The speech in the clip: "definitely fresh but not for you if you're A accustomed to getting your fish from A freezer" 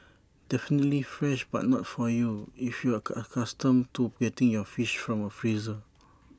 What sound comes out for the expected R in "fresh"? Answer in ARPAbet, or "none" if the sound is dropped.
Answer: R